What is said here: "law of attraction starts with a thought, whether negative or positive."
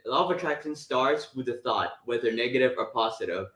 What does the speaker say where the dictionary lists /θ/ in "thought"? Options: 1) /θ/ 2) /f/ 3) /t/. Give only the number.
1